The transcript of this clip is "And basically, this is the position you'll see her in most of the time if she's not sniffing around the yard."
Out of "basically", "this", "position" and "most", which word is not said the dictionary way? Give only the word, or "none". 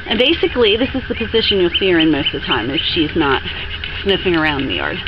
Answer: none